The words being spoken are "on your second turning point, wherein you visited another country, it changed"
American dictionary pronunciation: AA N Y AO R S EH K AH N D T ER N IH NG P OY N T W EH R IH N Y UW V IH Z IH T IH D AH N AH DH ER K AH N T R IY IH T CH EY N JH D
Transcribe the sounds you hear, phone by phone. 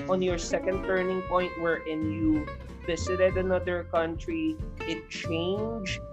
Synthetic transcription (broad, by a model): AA N Y AO R S EH K AH N D T ER N IH NG P OY N T W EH R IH N Y UW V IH S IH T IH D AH N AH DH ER K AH N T R IY IH T CH EY N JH